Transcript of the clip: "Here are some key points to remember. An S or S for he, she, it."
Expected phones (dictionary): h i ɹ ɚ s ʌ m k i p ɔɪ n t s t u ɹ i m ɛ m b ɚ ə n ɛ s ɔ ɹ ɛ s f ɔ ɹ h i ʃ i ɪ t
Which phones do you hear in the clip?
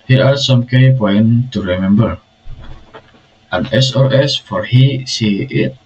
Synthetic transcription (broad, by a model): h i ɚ s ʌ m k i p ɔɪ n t t u ɹ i m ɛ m b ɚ ə n ɛ s ɔ ɹ ɛ s f ɔ ɹ h i s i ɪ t